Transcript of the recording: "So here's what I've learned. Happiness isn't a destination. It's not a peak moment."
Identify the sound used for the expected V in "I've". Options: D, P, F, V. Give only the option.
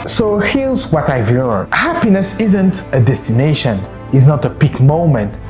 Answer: V